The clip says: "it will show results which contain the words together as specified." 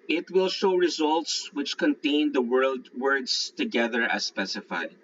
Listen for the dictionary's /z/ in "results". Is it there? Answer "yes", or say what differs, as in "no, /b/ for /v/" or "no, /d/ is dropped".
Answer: yes